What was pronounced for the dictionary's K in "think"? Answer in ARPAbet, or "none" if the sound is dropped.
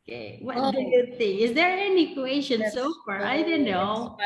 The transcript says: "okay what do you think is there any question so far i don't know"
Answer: none